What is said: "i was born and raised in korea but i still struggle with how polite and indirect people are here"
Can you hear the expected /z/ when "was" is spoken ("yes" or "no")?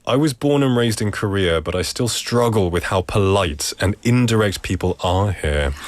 yes